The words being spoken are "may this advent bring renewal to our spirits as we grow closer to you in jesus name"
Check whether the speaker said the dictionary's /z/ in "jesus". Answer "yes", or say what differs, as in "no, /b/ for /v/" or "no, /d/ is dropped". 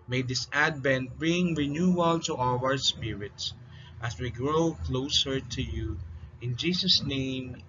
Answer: no, /s/ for /z/